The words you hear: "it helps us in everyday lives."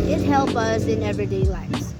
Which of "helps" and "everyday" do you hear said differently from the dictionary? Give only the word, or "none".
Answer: helps